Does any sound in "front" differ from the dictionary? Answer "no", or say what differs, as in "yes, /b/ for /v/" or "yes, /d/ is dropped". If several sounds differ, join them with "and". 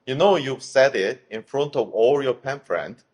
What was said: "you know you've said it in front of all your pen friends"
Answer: no